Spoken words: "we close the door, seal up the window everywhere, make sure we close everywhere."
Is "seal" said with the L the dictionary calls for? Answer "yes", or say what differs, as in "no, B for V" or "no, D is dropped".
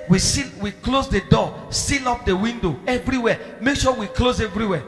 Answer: no, N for L